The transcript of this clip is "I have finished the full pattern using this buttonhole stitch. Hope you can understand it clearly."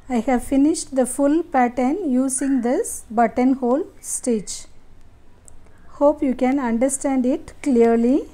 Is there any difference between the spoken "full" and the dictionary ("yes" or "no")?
no